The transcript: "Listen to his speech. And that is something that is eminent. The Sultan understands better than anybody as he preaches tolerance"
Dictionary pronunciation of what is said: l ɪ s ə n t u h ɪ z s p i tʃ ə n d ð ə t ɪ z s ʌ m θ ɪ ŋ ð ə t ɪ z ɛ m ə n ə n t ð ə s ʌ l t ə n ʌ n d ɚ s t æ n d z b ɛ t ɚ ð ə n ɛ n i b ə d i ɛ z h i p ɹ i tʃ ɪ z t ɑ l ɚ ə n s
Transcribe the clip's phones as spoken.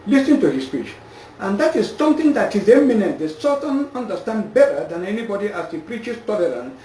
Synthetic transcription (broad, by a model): l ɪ s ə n t u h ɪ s p i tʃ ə n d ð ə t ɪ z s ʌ m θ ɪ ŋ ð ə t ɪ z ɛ m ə n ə t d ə s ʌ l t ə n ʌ n d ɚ s t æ n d b ɛ t ɚ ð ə n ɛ n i b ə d i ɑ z h i p ɹ i tʃ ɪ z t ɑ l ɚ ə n